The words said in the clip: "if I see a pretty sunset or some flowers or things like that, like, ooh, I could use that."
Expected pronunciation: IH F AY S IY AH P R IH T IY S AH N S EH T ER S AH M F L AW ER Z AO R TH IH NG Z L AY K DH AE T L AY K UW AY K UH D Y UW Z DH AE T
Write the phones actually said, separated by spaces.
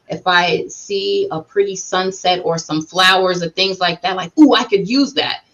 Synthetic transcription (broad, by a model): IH F AY S IY AH P R IH T IY S AH N S EH T ER S AH M F L AW ER Z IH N TH IH NG Z L AY K DH AE T L AY K UW AY K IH D Y UW Z DH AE T